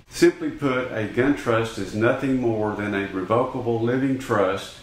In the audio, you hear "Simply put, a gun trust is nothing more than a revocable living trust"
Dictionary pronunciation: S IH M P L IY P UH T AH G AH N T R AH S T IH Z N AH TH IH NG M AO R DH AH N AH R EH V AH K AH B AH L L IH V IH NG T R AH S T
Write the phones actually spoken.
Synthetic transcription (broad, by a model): S IH M P L IY P UH T AH G AH N T R AH S T IH Z N AH TH IH NG M AO R DH AH N AH R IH V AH K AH B L L IH V IH NG T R AH S T